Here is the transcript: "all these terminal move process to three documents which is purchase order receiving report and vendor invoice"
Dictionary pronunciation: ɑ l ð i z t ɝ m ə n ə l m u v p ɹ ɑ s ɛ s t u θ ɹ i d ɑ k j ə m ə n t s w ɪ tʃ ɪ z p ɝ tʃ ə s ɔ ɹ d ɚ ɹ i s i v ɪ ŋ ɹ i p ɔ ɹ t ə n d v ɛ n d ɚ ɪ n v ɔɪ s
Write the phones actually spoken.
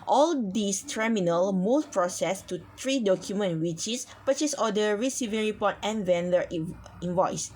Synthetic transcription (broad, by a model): ɑ l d i s t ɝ m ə n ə l m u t p ɹ ɑ s ɛ s t u t ɹ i d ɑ k j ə m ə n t w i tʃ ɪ s p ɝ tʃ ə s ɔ d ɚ ɹ i s i v ɪ ŋ ɹ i p ɔ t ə n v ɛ n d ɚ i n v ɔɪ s